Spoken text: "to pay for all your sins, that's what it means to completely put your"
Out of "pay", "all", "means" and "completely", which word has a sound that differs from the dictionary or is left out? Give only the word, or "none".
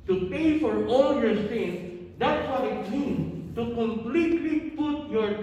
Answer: means